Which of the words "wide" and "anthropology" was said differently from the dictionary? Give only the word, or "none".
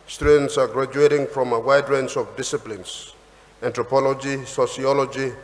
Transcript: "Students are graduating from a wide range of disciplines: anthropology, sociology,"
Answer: anthropology